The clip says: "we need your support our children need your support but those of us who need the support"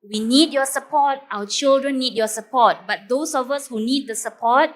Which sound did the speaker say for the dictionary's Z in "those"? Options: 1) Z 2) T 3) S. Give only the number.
3